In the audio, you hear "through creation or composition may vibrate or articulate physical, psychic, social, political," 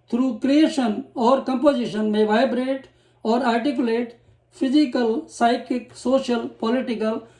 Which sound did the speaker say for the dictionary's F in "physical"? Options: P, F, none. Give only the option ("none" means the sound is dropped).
P